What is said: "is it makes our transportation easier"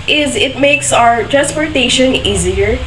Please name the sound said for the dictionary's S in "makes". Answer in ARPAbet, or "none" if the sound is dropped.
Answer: S